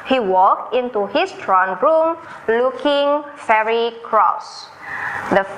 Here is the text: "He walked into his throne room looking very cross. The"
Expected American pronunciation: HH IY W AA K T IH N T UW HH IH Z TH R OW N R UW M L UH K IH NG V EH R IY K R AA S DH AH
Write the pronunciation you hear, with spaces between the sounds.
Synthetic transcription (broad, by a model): HH IY W AA K T IH N T UW HH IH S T R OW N R UW M L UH K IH NG F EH R IY K R AA S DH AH